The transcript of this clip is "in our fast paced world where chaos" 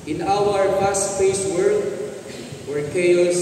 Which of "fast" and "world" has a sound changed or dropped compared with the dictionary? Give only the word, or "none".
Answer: fast